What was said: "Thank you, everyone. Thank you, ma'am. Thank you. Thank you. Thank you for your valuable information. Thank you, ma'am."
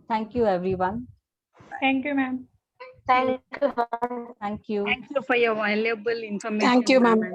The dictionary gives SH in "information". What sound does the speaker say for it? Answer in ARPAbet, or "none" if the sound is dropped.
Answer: none